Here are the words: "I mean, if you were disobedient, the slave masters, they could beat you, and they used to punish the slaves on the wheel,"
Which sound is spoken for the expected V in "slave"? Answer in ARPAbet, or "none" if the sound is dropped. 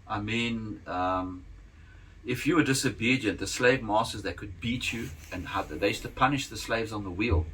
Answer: V